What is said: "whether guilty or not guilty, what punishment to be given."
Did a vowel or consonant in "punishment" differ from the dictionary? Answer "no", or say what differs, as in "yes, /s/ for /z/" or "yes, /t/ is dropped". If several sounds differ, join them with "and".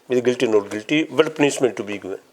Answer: yes, /s/ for /ʃ/